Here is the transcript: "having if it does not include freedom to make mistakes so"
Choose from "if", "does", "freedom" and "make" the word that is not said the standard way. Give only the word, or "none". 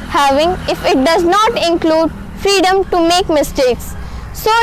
none